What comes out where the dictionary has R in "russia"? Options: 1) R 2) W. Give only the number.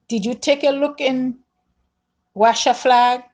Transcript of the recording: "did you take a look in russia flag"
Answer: 2